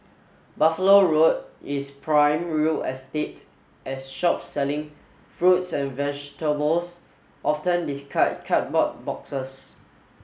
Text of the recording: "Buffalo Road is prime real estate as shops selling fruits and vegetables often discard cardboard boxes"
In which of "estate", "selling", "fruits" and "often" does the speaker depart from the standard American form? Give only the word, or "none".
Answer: none